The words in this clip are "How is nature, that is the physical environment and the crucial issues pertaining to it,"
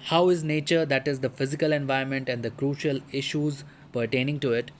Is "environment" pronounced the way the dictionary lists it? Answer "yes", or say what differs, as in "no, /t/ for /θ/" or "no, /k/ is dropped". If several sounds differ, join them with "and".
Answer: no, /ɹ/ is dropped